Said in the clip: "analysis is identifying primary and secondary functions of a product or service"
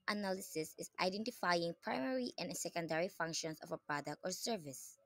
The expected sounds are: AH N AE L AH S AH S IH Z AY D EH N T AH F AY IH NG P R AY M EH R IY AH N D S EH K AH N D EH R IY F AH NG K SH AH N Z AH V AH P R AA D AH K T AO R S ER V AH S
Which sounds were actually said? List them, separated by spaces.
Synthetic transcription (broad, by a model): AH N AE L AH S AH S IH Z AY D EH N T AH F AY IH NG P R AY M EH R IY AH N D S EH K AH N D EH R IY F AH NG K SH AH N S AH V AH P R AA D AH K T AO R S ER V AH S